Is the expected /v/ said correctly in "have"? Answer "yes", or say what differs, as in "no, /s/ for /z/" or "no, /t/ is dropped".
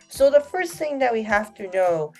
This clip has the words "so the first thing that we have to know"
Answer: no, /f/ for /v/